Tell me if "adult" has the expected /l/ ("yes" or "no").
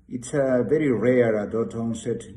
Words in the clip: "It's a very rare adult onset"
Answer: no